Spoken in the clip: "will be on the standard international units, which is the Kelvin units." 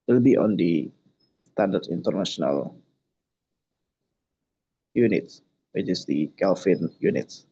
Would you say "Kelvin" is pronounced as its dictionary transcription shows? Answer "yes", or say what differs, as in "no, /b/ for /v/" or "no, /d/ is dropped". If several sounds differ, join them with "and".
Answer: no, /f/ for /v/